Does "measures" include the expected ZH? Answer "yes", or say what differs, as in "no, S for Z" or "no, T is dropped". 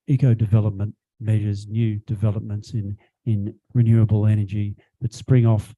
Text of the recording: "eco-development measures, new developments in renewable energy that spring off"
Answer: yes